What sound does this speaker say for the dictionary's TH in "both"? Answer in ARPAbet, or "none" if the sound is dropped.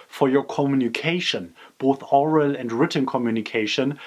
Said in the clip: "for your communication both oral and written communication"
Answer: TH